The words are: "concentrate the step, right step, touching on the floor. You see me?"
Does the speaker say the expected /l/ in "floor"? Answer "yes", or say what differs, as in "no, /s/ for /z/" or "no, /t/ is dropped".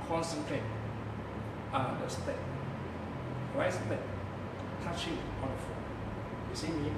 no, /l/ is dropped